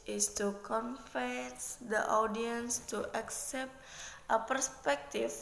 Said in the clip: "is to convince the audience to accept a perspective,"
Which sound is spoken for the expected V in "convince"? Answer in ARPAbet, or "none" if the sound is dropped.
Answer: F